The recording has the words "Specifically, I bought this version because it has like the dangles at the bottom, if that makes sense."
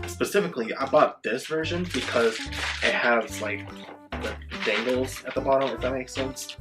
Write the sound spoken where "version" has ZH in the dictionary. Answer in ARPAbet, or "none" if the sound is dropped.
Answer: ZH